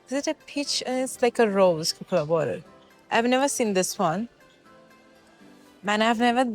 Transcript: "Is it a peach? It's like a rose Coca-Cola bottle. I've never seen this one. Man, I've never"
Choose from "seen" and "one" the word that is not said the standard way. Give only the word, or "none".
none